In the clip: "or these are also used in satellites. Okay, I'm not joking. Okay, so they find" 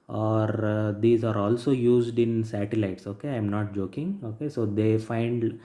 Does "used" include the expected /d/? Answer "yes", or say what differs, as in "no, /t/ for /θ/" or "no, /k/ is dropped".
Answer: yes